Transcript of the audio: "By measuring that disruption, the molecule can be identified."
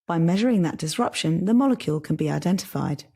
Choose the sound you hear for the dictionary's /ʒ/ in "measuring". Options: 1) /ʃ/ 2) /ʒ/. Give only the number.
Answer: 2